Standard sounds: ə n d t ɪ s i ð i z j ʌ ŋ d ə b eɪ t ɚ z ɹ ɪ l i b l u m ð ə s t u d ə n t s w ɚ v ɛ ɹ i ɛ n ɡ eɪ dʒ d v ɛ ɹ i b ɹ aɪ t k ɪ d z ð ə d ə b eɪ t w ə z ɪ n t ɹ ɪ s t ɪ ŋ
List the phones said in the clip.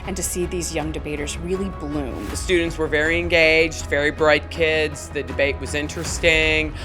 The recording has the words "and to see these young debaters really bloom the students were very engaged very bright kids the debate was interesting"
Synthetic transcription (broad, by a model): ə n t ɪ s i ð i z j ʌ ŋ d ə b eɪ t ɚ z ɹ ɪ l i b l u m ð ə s t u d n t s w ɚ v ɛ ɹ i ɛ n ɡ eɪ dʒ d v ɛ ɹ i b ɹ aɪ t k ɪ d z ð ə d ə b eɪ t w ə z ɪ n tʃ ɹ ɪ s t ɪ ŋ